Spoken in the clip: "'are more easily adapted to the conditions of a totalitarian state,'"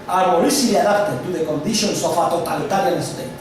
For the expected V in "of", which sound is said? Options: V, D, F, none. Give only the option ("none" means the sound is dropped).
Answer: F